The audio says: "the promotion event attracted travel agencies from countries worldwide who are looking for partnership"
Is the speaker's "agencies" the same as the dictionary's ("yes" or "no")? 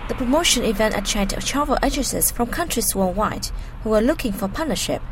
no